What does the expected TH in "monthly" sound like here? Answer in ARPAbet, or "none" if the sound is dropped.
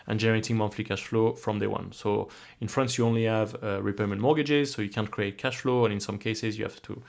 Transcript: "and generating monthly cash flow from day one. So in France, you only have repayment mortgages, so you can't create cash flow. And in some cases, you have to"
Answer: F